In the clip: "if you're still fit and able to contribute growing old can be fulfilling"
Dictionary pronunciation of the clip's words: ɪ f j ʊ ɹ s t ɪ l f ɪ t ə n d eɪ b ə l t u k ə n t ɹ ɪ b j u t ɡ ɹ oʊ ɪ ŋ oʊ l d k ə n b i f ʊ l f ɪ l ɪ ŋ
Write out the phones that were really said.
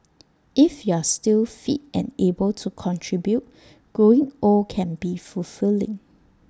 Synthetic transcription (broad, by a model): ɪ f j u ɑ s t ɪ l f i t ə n eɪ b ə l t u k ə n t ɹ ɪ b j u t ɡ oʊ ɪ ŋ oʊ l k ə n b i f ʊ l f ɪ l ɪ ŋ